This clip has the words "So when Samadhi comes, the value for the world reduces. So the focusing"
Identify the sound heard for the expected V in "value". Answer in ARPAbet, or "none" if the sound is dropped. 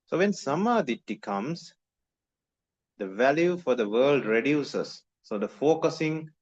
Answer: V